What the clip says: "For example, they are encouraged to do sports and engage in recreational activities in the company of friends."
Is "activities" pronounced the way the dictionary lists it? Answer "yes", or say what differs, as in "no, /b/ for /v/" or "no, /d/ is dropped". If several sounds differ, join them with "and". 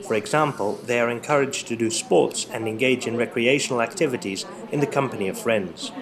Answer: yes